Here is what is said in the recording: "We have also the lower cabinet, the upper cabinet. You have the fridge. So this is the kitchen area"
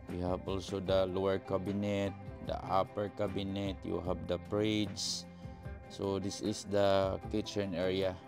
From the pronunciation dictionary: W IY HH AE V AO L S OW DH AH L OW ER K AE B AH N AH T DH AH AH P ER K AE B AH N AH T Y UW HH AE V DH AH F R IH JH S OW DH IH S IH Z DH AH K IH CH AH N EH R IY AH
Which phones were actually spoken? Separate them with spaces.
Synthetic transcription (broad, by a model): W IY HH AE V AO L S OW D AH L OW ER K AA B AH N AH T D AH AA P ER K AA B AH N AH T Y UW HH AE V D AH P R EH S S OW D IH S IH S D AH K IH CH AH N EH R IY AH